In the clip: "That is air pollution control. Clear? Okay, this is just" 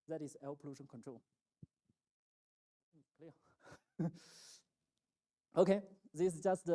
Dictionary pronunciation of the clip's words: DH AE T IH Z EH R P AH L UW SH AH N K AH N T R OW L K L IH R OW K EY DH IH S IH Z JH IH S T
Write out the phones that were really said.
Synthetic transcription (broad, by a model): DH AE T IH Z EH L P AH L UW SH AH N K AH N T R OW L K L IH OW K EY DH IH S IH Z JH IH S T